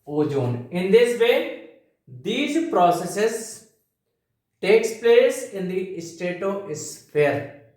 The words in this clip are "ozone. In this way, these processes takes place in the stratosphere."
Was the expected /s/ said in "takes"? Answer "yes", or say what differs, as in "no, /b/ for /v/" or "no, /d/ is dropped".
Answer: yes